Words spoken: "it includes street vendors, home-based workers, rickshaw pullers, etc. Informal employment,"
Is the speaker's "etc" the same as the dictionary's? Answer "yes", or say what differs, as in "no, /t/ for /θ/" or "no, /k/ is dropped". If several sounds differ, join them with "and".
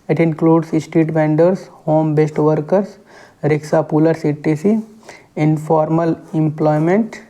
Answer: no, /s/ is dropped